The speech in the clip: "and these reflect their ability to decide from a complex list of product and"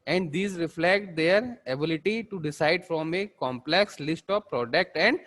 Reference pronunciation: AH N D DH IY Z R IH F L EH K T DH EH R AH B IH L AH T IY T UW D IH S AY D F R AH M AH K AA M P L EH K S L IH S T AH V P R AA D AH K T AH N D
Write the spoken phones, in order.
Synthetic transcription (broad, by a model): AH N D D IY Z R IH F L EH K T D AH R AH B IH L AH T IY T UW D IH S AY D F R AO M AH K AA M P L EH K S L IH S T AH V P R AA D AH K T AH N D